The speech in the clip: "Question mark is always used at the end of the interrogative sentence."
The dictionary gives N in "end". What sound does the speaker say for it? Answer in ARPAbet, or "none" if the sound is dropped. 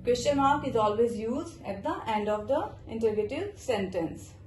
N